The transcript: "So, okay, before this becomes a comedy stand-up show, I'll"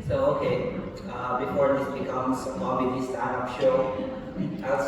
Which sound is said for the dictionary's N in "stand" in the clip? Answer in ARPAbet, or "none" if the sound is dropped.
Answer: none